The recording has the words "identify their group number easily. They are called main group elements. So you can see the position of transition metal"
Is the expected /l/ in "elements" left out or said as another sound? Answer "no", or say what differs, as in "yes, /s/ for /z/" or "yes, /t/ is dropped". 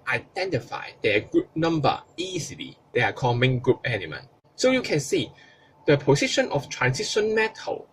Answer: yes, /n/ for /l/